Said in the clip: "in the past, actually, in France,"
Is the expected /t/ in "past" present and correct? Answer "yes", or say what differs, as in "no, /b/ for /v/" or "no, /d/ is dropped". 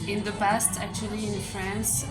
yes